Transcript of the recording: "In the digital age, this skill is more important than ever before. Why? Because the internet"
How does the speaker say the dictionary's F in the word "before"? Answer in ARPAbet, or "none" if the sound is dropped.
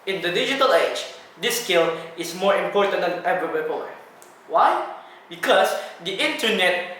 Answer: P